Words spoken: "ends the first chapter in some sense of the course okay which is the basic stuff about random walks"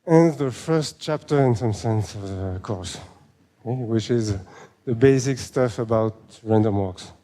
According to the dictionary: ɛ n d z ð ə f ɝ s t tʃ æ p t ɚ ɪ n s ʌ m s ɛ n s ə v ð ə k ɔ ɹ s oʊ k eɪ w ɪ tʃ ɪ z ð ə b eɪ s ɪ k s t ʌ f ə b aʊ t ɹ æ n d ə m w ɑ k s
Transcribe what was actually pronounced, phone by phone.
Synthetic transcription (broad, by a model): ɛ n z ð ə f ɝ s t tʃ æ p t ɚ ɪ n s ʌ m s ɛ n s ə v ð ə k ɔ ɹ s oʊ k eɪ w ɪ tʃ ɪ z ð ə b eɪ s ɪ k s t ʌ f ə b aʊ t ɹ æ n d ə m w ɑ k s